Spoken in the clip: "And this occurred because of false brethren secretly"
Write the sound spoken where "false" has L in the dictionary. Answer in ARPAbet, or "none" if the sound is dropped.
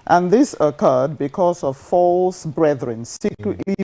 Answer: L